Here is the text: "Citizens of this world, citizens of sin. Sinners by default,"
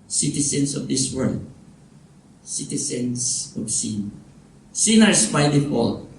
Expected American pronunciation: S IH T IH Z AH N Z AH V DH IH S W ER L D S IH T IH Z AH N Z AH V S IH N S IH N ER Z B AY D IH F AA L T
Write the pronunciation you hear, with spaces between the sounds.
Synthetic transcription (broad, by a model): S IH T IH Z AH N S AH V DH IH S W ER L D S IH T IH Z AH N S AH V S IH N S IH N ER S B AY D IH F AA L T